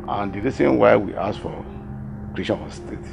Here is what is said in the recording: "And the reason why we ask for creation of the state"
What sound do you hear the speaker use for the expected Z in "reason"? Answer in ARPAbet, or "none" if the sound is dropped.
S